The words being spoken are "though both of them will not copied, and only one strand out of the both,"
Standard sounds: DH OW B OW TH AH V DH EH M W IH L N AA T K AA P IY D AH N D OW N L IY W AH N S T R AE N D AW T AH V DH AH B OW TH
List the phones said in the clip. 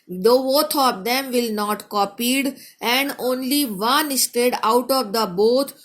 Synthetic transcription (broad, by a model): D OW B OW T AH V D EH M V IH L N AA T K AA P IY D AH N D OW N L IY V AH N S T EH D AW T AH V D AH B OW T